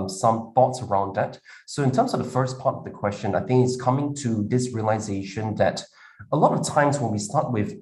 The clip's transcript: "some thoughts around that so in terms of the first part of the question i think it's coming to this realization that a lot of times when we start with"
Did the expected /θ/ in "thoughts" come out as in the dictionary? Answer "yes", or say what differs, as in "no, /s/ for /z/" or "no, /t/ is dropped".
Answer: yes